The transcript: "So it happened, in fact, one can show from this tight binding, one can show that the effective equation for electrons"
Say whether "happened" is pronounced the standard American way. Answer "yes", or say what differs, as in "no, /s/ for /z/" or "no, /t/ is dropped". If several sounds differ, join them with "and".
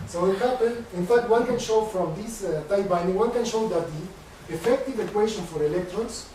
no, /d/ is dropped